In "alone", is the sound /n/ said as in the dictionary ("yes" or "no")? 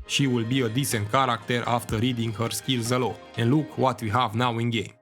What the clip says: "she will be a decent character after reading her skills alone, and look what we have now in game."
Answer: no